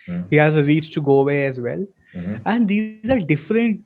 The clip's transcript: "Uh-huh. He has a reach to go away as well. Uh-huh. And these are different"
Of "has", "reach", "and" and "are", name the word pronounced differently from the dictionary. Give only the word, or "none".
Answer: reach